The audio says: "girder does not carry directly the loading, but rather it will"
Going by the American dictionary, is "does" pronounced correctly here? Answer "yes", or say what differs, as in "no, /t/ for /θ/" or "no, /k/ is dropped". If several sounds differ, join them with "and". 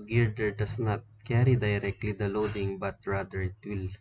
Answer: no, /s/ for /z/